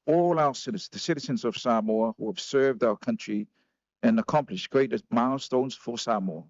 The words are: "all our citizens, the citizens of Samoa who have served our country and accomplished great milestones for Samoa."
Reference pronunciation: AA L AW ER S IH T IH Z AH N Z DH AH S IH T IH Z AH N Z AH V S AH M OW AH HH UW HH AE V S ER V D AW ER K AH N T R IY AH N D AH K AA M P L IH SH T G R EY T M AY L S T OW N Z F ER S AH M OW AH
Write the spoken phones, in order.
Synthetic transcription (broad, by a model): AA L AW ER S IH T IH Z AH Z DH AH S IH T IH Z AH N Z AH V S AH M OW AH HH UW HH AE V S ER V D AW ER K AH N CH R IY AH N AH K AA M P L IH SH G R EY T M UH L S T OW N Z F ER S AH M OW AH